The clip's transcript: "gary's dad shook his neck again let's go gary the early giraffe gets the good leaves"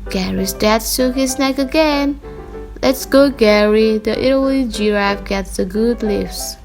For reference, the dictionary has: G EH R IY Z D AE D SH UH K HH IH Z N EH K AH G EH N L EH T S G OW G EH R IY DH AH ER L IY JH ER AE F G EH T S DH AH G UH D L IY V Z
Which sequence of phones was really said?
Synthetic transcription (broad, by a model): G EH R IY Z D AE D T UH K HH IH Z N EH K AH G EH N L EH T S G OW G EH R IY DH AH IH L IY JH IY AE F G EH T S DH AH G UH D L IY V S